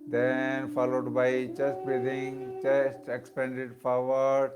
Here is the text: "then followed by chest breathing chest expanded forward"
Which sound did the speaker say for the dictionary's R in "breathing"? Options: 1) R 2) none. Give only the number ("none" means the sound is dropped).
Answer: 2